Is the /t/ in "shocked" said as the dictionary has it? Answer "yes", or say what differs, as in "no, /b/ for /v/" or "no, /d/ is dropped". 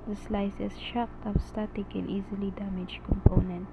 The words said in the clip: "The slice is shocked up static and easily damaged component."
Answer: yes